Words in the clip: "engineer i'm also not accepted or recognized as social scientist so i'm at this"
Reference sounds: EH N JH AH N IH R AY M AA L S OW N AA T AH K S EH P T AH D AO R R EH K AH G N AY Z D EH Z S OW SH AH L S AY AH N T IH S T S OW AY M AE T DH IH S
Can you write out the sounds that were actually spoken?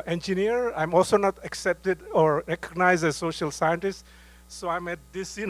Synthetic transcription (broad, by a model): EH N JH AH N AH R AY M AA L S OW N AA T AH K S EH P T AH D AO R R EH K AH G N AY Z D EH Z S OW SH AH L S AY AH N T IH S T S OW AY M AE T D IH S